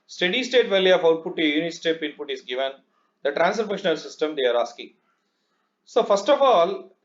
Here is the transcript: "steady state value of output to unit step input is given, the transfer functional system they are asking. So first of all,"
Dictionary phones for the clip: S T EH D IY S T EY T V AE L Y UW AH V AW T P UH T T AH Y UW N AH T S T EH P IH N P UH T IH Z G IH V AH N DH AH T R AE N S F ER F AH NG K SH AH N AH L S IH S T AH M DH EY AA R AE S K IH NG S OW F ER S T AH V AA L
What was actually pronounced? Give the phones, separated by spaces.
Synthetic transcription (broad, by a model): S T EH D IY S T EY T V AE L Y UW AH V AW T P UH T T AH Y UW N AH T S T EH P IH N P UH T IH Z G IH V AH N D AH T R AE N S ER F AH K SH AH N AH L S IH S T AH M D EY AA R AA S K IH NG S OW F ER S T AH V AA L